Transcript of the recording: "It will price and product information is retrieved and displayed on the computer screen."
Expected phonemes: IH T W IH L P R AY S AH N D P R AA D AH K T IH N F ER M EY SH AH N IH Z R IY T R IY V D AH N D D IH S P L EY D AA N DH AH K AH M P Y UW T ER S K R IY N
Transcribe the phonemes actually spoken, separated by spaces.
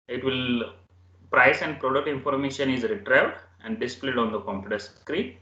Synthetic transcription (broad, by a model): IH T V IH L P R AY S AH N D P R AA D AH T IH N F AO M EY SH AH N IH Z R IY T R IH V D AH N D D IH S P L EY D AA N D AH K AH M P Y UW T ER S K R IY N